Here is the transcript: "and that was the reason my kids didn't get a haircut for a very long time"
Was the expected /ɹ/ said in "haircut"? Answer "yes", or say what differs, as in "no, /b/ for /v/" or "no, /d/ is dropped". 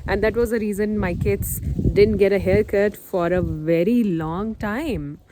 no, /l/ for /ɹ/